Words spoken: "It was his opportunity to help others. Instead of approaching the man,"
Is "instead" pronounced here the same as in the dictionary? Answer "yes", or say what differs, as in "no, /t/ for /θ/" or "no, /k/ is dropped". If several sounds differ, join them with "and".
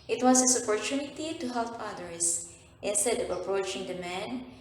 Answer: yes